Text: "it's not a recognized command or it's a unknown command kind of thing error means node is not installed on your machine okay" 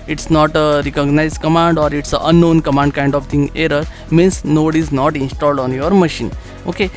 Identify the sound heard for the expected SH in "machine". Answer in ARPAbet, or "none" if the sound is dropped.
SH